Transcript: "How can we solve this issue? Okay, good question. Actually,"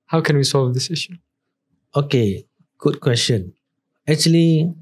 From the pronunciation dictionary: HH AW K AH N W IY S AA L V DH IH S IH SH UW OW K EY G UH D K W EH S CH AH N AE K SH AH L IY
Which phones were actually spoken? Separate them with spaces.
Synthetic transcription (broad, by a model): HH AW K AH N W IY S AA L V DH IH S IH SH UW OW K EY G UH D K W EH S CH AH N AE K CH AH L IY